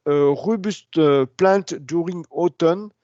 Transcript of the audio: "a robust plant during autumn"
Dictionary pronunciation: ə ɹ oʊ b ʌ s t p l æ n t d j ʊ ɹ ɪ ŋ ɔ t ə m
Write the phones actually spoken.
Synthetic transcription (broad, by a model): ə ɹ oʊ b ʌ s t p l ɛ t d j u ɹ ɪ ŋ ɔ t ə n